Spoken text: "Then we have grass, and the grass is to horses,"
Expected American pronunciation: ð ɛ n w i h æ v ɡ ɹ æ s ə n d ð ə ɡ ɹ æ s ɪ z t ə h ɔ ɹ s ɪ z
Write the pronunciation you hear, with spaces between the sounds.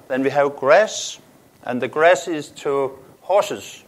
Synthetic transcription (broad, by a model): ð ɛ n w i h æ v ɡ ɹ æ s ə n ð ə ɡ ɹ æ s ɪ z t ə h ɔ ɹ s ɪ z